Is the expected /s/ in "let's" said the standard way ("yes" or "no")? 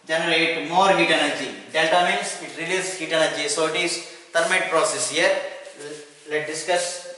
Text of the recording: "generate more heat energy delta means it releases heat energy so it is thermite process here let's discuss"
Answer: no